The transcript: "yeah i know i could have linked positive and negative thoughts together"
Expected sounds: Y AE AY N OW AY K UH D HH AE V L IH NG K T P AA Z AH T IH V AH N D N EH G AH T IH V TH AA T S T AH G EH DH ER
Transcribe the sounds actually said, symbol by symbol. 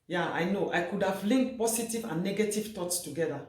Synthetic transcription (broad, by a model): Y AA AY N OW AY K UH D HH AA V L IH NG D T P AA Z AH T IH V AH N N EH G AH T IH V T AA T S T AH G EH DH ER